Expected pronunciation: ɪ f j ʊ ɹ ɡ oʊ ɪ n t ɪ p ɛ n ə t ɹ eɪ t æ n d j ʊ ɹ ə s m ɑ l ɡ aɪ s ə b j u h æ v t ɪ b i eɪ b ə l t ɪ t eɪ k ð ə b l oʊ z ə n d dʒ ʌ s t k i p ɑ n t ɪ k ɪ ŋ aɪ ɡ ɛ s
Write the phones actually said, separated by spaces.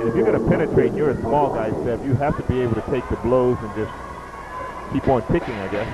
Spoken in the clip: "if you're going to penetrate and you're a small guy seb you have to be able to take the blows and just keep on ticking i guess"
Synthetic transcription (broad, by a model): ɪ f j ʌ ɹ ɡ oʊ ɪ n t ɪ p ɛ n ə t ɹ eɪ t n j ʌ ɹ ə s m ɑ l ɡ aɪ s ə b j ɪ h æ f t ɪ b i eɪ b l t ɪ t eɪ k ð ə b l oʊ z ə n dʒ ʌ s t k i p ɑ n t ɪ k ɪ ŋ aɪ ɡ ɛ s